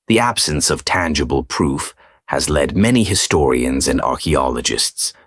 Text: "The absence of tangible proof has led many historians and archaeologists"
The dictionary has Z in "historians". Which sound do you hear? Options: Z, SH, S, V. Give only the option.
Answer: Z